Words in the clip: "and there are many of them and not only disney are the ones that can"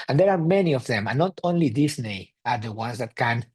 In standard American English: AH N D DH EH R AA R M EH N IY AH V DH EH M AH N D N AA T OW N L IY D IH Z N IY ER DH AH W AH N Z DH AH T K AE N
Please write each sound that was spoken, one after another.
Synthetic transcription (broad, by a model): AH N D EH R AA R M EH N IY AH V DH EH M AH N N AA T OW N L IY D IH S N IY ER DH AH W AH N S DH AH T K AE N